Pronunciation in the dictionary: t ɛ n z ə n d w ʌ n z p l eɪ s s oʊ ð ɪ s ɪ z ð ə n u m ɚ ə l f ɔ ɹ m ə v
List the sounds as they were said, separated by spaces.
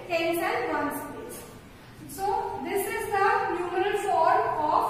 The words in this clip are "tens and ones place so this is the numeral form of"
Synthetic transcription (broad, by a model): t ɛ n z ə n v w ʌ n s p eɪ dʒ s oʊ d ɪ s ɪ z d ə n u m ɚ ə l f ɔ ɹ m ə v